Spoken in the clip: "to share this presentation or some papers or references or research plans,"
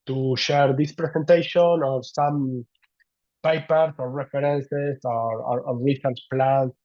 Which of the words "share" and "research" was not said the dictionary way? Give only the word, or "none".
research